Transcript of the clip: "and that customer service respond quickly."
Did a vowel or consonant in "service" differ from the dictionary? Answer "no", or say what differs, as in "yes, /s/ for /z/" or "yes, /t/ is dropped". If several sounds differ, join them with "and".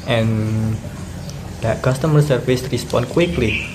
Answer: yes, /f/ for /v/